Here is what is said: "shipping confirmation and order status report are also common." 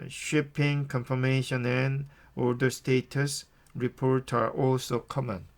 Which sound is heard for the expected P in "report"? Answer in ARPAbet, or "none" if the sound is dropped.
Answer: P